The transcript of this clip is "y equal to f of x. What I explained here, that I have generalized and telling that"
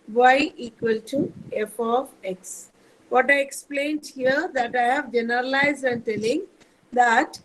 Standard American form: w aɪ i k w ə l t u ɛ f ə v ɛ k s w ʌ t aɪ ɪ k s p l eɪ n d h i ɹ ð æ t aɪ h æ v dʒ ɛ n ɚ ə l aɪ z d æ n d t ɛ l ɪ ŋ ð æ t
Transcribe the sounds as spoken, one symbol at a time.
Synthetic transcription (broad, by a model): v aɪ i k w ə l t u ɛ f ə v ɛ k s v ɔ t aɪ ɪ k s p l eɪ n d h i ɹ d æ t aɪ h æ v dʒ ɛ n ɚ ə l aɪ z d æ n d t ɛ l ɪ ŋ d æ t